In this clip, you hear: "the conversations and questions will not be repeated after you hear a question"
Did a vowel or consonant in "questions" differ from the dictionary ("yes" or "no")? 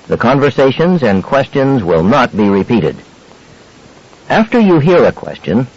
no